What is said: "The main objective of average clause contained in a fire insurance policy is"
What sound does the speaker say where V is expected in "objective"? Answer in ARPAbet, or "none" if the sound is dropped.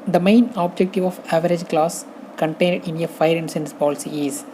V